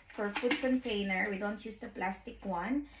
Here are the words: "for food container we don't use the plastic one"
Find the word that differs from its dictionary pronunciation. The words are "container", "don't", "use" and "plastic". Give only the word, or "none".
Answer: none